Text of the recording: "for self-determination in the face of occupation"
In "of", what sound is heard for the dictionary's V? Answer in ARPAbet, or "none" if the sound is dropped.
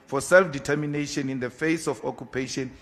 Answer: F